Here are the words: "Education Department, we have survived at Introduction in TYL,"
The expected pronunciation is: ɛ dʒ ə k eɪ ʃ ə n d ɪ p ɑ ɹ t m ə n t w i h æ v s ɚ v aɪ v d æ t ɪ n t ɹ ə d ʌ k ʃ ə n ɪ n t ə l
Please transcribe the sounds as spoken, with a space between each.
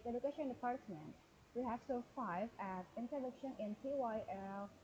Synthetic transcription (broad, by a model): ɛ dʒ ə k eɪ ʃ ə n d ɪ p ɑ ɹ t m ə n t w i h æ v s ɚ f aɪ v æ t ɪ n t ə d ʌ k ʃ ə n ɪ n t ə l